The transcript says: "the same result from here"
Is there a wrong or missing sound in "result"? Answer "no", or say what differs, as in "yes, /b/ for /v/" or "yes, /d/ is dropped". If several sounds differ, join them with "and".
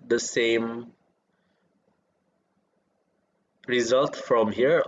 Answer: no